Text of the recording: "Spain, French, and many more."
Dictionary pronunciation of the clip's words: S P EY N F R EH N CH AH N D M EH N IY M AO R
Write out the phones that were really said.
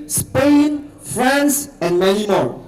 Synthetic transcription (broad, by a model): S P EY N F R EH N S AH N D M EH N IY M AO